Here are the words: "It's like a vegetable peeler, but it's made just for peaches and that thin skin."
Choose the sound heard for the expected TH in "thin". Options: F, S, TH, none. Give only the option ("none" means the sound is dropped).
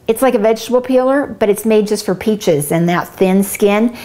TH